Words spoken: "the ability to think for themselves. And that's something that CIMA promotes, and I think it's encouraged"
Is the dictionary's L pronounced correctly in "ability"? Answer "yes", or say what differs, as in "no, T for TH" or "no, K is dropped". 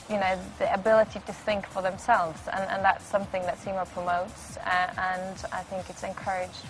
yes